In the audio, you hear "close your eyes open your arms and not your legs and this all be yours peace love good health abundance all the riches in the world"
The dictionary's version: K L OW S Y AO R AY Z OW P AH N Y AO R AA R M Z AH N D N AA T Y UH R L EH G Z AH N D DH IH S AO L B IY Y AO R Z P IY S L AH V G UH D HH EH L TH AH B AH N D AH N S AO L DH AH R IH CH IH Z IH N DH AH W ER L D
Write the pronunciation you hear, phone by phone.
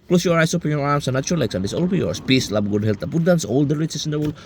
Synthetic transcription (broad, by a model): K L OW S Y AO R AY S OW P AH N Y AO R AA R M S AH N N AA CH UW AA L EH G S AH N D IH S AO L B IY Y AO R S P IY S L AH B G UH D HH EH L T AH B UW D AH N S AO L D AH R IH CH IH S IH N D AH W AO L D